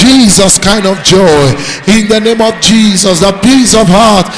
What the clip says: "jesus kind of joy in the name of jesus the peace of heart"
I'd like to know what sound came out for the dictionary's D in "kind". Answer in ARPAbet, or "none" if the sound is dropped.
D